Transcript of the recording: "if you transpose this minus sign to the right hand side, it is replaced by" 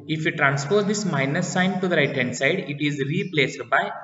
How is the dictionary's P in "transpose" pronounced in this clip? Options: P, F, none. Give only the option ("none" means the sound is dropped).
F